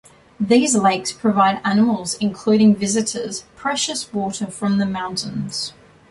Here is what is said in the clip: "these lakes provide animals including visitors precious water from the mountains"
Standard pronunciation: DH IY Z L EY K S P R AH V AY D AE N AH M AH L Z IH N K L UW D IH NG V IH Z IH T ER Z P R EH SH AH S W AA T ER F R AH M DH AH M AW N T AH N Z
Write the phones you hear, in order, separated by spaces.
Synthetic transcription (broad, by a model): DH IY Z L EY K S P R AH V AY D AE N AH M AH L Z IH N K L UW D IH NG V IH Z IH T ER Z P R EH SH AH S W AA T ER F R AH M DH AH M AW N T AH N Z